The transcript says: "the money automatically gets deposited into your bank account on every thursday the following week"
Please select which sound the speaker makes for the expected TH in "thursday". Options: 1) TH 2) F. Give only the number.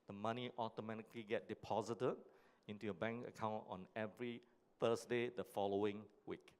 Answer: 2